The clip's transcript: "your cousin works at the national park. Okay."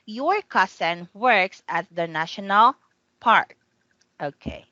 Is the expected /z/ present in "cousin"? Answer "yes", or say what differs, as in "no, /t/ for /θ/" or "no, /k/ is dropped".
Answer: no, /s/ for /z/